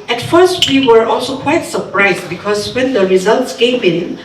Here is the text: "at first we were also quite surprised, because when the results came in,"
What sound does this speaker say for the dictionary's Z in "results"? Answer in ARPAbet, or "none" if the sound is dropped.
Z